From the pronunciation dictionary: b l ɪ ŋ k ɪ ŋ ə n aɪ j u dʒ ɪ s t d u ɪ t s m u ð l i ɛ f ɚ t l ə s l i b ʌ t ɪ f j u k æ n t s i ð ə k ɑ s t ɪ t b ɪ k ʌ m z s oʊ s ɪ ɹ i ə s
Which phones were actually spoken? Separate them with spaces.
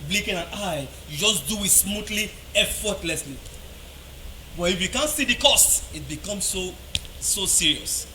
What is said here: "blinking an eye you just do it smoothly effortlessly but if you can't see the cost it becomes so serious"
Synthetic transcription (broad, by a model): b l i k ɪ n ə n aɪ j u dʒ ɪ s d u ɪ t s m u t l i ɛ f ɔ t l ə s l i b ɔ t ɪ f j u k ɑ n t s i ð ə k ɑ s t ɪ t b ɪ k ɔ m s s oʊ s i ɹ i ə s